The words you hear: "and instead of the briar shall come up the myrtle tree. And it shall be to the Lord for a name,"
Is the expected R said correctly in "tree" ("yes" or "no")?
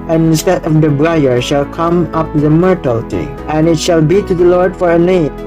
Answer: no